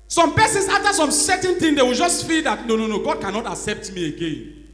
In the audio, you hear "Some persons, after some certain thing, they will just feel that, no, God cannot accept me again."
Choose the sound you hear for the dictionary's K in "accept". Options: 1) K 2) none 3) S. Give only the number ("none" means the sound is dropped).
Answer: 1